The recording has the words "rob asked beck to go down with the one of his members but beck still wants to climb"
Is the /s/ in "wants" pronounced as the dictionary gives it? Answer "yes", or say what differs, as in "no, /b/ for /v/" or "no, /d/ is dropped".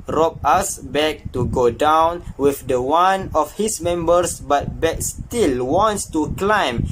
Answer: yes